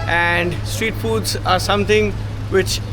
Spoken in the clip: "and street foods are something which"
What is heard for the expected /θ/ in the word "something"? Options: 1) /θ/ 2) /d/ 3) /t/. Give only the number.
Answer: 3